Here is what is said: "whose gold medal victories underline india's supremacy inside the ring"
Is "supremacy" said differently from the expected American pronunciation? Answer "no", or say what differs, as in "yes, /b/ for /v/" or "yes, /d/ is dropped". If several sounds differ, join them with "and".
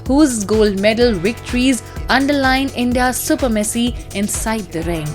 yes, /ɹ/ is dropped